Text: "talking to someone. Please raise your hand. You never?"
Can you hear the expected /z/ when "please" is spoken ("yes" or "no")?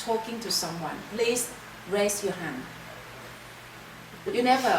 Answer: no